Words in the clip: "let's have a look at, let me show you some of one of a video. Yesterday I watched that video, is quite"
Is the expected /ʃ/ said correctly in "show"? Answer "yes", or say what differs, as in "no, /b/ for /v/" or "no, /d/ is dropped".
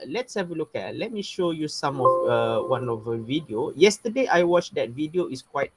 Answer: yes